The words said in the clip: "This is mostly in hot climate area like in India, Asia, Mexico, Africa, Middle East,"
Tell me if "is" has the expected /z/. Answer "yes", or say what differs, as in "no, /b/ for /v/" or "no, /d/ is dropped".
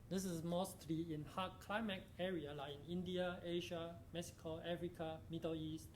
no, /s/ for /z/